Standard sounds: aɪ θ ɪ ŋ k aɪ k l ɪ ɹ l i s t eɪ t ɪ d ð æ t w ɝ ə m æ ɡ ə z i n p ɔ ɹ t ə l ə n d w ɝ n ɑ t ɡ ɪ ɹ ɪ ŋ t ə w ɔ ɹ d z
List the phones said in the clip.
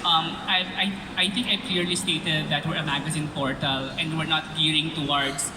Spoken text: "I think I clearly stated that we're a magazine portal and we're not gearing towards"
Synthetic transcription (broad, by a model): aɪ t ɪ ŋ k aɪ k l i ɹ l i s t eɪ t ɪ d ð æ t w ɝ ə m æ ɡ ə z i n p ɔ ɹ t ə l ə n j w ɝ n ɑ t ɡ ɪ ɹ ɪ ŋ t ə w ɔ ɹ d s